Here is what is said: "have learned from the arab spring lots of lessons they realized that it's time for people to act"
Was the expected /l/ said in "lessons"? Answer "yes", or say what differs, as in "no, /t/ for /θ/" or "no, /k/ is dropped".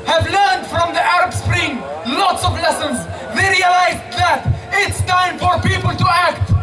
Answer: yes